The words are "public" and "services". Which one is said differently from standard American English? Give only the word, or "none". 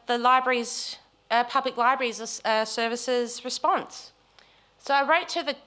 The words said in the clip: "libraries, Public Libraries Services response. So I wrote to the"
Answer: none